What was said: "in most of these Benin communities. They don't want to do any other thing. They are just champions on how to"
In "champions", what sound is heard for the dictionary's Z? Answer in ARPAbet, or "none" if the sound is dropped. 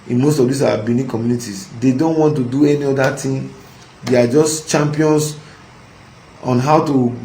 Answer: S